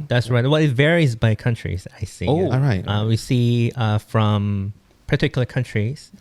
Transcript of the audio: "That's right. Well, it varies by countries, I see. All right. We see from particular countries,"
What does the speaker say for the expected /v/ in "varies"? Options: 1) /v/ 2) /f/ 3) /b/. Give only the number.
1